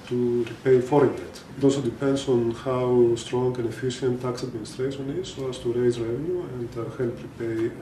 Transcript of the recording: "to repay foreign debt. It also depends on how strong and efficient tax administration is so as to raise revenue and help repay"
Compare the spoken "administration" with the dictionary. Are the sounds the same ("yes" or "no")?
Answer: no